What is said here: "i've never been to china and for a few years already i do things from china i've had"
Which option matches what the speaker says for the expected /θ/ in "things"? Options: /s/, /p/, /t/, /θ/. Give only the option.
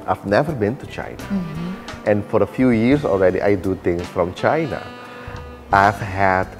/t/